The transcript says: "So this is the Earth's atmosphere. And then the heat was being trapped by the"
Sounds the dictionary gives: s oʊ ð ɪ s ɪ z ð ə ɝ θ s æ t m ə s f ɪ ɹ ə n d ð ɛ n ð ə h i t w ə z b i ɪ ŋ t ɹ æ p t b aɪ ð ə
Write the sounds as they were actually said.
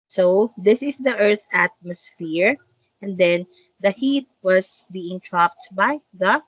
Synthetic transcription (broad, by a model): s oʊ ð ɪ s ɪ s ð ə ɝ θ æ t m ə s f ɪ ɹ ə n d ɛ n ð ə h i t w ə s b i ɪ ŋ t ɹ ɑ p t b aɪ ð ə